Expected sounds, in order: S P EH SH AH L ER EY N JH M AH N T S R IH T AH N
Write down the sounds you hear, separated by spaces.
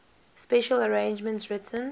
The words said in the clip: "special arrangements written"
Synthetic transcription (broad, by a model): S P EH SH AH L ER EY N JH M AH N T R IH T AH N